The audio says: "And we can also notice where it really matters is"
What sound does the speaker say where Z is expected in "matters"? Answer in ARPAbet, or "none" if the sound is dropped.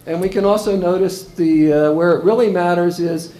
Z